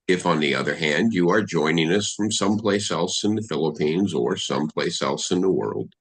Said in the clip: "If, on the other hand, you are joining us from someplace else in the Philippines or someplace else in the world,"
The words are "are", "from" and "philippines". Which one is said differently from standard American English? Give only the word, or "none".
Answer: none